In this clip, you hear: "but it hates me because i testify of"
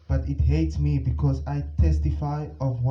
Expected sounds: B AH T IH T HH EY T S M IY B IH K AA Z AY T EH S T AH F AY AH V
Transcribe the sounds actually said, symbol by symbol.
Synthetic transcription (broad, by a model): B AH T IH T HH EY T S M IY B IH K AA Z AY T EH S T AH F AY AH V